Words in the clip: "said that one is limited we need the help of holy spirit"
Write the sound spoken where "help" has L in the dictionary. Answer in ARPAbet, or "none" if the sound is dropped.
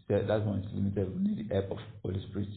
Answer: none